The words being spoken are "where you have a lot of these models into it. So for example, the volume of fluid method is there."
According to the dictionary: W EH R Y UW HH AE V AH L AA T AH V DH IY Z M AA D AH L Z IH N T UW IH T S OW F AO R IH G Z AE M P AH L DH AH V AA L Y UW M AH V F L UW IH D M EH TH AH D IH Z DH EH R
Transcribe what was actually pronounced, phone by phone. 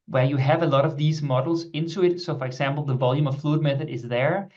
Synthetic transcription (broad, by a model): W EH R Y UW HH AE V AH L AA T AH V DH IY Z M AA D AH L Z IH N T UW IH T S OW F AO R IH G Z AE M P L DH AH V AA L Y UW M AH V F L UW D M EH TH AH D IH Z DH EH R